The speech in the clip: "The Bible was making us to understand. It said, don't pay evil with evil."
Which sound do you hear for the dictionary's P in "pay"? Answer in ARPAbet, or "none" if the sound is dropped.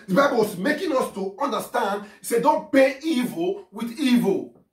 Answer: B